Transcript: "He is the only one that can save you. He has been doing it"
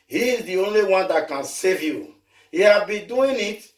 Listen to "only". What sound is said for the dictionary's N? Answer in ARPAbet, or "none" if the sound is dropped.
N